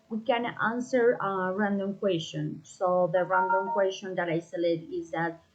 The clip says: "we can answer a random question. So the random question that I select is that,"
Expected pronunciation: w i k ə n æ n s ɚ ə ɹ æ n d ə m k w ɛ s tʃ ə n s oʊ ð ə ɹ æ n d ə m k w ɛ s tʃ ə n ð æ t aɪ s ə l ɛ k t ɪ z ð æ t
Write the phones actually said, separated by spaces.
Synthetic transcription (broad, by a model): w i k ə n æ n s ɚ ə ɹ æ n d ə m k w ɛ s tʃ ə n s oʊ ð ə ɹ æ n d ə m k w ɛ s tʃ ə n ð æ t aɪ s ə l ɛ t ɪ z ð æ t